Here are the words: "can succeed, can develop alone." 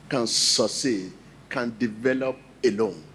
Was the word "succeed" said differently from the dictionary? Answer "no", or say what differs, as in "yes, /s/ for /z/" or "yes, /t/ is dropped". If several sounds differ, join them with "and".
yes, /k/ is dropped